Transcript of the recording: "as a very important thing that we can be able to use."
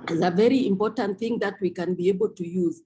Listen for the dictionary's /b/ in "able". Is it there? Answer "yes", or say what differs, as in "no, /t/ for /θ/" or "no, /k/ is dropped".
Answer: yes